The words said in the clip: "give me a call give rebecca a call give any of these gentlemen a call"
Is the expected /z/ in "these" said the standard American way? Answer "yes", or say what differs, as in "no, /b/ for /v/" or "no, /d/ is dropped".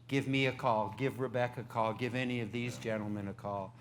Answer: yes